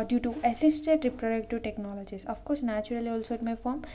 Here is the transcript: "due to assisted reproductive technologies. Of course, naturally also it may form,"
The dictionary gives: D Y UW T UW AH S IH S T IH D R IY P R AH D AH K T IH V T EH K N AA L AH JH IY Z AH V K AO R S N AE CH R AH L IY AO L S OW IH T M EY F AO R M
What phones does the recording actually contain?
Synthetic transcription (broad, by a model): D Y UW T UW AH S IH S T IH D R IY P R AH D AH K T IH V T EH K N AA L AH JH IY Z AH F K AO R S N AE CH R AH L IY AO L S OW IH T M EY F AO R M